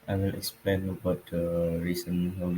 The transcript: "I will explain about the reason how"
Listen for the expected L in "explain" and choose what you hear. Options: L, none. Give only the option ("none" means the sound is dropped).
L